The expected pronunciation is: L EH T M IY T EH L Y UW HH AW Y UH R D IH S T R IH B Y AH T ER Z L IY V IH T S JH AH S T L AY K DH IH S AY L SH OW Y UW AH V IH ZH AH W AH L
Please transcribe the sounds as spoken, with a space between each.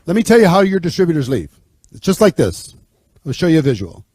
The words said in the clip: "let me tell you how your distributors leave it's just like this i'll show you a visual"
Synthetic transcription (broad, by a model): L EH T M IY T EH L Y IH HH AW Y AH R D IH S T R IH B Y AH T ER Z L IY V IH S JH AH S T L AY K DH IH S AY L SH OW Y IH AH V IH ZH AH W L